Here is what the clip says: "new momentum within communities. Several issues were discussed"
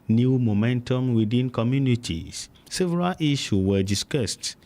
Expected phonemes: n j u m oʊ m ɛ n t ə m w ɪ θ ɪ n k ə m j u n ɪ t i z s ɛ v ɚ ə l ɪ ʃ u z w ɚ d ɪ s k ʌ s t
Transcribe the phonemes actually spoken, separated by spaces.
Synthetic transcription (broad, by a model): n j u m oʊ m ɛ n t ə m w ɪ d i n k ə m j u n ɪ t i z s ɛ v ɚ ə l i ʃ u w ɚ d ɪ s k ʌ s t